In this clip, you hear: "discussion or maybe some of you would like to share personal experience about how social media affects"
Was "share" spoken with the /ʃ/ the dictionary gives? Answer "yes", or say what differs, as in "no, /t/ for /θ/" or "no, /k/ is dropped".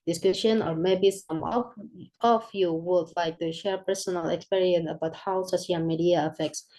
yes